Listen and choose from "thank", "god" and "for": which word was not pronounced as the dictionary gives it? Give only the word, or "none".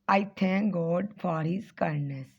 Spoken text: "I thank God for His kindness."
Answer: thank